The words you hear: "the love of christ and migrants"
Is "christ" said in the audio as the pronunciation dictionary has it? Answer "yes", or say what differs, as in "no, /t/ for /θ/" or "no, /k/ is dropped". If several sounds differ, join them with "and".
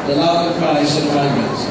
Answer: no, /t/ is dropped